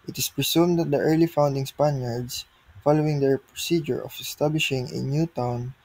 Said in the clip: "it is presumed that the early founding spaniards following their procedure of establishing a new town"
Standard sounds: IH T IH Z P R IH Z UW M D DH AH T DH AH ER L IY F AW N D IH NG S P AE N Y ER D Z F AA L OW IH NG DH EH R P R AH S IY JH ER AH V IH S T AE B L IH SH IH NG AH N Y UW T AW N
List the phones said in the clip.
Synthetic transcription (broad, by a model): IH T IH S P R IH S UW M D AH T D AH ER L IY F AW N D IH NG S P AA N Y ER D S F AA L OW IH NG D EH R P R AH S IY JH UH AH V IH S T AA B L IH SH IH NG AH N Y UW T AW N